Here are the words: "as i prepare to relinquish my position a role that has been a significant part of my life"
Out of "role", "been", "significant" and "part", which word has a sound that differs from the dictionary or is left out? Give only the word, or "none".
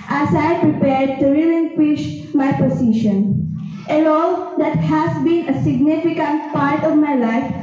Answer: role